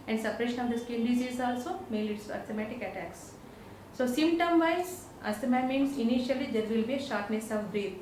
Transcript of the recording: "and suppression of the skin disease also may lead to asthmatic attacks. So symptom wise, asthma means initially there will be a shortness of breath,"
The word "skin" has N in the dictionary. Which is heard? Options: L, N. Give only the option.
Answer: L